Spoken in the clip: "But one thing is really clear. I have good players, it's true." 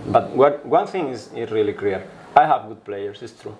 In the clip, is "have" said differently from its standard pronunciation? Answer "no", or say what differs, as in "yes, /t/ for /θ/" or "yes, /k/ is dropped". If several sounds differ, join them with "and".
no